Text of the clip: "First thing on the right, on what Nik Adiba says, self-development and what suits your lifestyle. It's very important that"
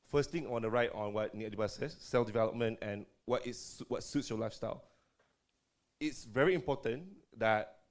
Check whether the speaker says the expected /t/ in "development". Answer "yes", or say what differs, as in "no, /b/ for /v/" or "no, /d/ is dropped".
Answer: yes